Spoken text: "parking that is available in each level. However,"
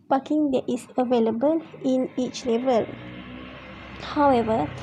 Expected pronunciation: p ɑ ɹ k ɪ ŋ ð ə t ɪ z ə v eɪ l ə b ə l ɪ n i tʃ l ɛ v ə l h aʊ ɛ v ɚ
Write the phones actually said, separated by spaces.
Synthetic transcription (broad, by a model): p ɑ k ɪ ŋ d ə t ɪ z ə v eɪ l ə b ə l ɪ n i tʃ l ɛ v ə l h aʊ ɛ v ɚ